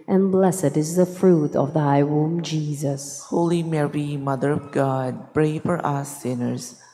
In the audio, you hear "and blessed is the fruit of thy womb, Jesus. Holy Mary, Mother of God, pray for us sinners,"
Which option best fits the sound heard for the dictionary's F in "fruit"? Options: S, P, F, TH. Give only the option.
F